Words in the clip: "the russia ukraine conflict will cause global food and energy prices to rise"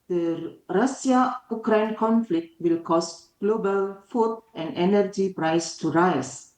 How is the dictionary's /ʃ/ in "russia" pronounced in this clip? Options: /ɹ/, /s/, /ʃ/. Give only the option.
/s/